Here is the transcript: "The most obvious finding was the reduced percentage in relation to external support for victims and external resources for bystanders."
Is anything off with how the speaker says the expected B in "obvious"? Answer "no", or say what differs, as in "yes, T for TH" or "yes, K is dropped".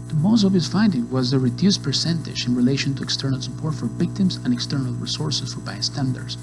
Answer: yes, B is dropped